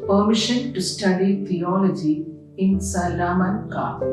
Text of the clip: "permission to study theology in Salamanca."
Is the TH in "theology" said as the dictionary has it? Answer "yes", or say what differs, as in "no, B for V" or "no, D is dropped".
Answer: no, T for TH